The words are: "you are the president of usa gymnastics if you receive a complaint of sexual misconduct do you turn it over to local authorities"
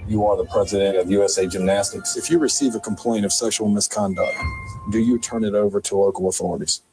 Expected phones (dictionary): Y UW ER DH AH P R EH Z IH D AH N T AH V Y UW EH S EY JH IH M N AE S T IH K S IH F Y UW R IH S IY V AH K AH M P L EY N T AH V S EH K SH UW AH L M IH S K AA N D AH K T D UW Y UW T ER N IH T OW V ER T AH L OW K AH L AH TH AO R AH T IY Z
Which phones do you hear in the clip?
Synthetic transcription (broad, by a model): Y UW ER DH AH P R EH Z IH D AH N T AH V Y UW EH S EY JH IH M N AE S T IH K S IH F Y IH R IH S IY V AH K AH M P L EY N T AH V S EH SH L M IH S K AA N D AH K T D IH Y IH T ER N IH T OW V ER T AH L OW K L AH TH AO R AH T IY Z